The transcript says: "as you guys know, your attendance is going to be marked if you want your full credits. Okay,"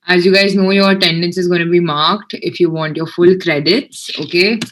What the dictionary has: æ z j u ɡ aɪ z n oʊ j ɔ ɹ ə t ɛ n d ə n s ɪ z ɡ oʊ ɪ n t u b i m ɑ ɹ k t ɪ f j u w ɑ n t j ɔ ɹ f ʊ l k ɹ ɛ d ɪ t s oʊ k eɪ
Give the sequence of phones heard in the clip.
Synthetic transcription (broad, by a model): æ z j u ɡ aɪ z n oʊ j ɔ ɹ t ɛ n d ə n s ɪ z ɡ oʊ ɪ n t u b i m ɑ ɹ k t ɪ f j u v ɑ n t j ɔ ɹ f ʊ l k ɹ ɛ d ɪ t s oʊ k eɪ